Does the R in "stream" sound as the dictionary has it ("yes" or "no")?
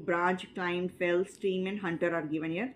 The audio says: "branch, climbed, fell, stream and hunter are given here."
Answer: no